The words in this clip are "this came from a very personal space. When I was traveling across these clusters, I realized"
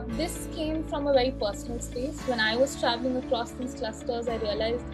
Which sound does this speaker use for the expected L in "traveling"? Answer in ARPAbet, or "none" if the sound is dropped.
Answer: L